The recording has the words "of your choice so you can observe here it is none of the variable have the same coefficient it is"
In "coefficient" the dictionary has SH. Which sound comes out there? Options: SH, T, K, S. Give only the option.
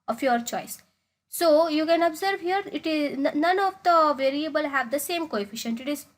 SH